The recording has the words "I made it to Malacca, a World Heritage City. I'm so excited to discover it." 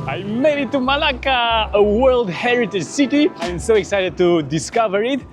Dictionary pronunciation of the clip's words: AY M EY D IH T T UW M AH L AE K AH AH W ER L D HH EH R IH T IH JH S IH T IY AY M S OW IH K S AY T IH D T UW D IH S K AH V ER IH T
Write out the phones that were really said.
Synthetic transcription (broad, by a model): AY M EY D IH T T UW M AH L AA K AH AH W ER L D HH EH R IH T IH JH S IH T IY AY M S OW IH K S AY T IH D T UW D IH S K AH V ER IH T